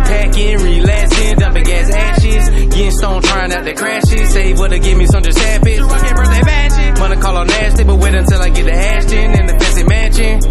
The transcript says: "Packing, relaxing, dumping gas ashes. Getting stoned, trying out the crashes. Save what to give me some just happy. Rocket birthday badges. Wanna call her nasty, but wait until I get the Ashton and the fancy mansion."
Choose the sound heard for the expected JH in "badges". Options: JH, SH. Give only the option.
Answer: SH